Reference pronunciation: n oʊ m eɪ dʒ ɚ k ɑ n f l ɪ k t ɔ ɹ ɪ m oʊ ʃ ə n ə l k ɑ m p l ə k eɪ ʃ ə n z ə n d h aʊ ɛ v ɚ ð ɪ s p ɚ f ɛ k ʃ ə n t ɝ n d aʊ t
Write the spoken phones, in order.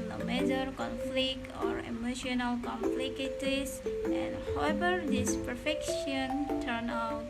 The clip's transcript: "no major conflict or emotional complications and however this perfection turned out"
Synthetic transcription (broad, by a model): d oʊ m eɪ dʒ ɚ k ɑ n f l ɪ k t ɔ ɹ ɪ m oʊ ʃ ə n ə l k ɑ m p l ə k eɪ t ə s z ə n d h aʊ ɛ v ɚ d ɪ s p ɚ f ɛ k ʃ ə n t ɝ n aʊ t